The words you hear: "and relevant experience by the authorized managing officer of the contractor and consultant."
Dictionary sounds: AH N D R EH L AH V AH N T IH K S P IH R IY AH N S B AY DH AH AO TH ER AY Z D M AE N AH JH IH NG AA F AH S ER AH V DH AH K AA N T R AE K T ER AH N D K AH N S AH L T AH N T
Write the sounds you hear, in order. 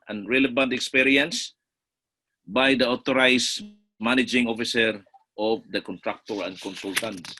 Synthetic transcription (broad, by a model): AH N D R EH L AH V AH N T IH K S P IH R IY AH N S B AY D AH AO T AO AY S M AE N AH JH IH NG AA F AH S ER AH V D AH K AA N T R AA K T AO AH N D K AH N S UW L T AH N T